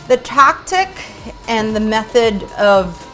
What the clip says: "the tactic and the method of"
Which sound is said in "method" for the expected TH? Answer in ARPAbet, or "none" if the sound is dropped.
TH